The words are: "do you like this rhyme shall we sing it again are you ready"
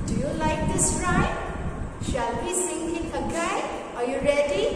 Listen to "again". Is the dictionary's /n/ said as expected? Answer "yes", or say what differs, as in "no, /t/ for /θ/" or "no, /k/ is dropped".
no, /n/ is dropped